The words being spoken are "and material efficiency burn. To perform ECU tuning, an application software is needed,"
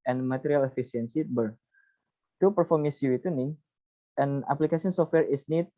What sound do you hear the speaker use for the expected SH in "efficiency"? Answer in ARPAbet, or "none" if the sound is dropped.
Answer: S